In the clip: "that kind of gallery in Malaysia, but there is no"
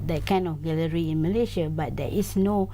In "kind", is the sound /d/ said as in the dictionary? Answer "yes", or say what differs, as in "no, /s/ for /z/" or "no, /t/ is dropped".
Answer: no, /d/ is dropped